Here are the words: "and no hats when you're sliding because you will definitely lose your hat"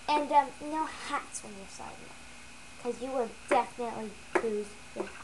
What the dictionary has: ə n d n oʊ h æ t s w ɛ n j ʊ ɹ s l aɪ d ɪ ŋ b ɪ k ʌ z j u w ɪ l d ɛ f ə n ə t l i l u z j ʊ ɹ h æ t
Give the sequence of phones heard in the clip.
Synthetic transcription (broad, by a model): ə n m n oʊ h æ t s w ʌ n j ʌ ɹ s aɪ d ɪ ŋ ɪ k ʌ z j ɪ w ɪ l d ɛ f ə n ə t l i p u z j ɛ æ